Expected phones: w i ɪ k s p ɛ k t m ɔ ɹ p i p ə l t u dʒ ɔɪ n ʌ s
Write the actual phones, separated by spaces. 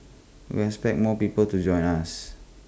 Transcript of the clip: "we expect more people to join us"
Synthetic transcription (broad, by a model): w i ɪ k s p ɛ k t m ɔ p i p ə l t u dʒ ɔɪ n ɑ s